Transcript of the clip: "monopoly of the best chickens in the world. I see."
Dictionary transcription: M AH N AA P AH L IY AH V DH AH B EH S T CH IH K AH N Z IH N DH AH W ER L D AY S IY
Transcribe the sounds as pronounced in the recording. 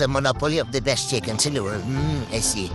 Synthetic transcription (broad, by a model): M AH N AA P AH L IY AH V DH AH B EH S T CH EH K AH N S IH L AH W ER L AY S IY